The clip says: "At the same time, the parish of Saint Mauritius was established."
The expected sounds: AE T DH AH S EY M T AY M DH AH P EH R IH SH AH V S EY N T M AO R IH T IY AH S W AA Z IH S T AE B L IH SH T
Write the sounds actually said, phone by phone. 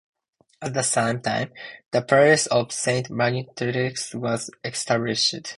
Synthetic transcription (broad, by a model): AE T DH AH S EY M T AY M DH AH P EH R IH S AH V S EY N T M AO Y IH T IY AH S W AA Z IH S T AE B L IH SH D